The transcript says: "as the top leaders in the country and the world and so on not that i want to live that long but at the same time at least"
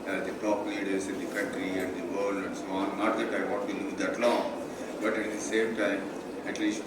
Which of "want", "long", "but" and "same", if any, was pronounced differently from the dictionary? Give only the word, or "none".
want